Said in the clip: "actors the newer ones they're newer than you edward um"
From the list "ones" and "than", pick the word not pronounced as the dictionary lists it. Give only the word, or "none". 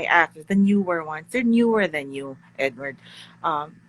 ones